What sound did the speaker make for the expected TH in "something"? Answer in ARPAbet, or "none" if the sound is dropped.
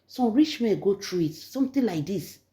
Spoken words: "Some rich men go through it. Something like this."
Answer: T